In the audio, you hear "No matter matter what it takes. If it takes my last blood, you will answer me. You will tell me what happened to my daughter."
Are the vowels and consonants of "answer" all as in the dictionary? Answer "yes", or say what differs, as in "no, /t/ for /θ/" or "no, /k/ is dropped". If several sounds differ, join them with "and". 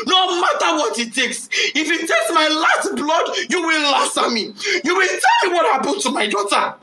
no, /n/ is dropped